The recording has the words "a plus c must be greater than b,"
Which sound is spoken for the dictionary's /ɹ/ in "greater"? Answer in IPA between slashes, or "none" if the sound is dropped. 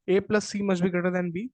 none